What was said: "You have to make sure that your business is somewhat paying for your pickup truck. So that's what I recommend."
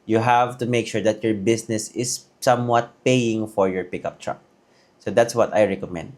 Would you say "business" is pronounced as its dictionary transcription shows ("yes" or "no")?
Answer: no